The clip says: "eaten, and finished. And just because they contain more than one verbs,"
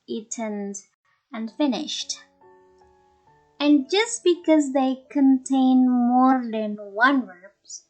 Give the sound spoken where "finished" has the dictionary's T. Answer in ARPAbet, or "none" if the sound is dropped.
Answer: T